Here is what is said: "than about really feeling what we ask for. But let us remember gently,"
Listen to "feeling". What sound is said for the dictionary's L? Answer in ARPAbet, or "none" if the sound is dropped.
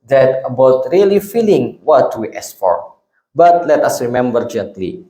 L